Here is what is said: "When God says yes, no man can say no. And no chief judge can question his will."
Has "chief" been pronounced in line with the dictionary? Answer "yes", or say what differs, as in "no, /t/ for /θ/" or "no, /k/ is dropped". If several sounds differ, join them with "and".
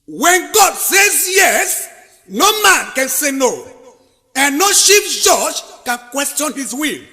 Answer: no, /ʃ/ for /tʃ/